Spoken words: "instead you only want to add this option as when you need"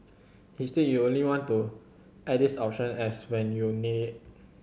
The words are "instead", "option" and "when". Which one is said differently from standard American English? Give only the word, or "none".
instead